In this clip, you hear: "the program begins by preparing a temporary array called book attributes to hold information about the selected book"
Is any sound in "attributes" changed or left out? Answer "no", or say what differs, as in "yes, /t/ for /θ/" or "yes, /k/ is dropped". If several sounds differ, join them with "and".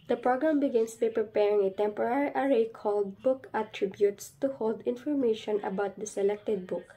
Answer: no